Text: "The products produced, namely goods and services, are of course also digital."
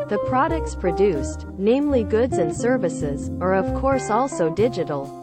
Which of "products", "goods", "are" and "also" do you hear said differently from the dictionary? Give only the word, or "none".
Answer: none